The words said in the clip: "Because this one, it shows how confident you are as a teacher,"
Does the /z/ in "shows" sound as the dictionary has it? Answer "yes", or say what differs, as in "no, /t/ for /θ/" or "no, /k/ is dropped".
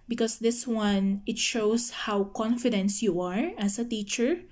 no, /s/ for /z/